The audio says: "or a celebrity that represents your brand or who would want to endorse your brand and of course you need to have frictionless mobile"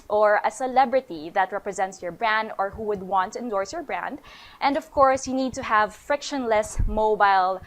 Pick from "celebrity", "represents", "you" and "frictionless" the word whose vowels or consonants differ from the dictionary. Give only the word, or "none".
none